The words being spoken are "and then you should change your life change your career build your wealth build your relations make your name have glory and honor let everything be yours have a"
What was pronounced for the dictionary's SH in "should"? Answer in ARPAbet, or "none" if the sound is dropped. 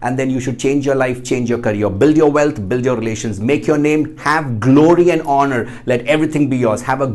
SH